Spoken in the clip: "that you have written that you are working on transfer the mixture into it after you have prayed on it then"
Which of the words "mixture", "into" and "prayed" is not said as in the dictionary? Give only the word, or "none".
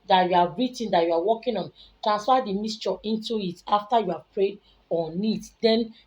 mixture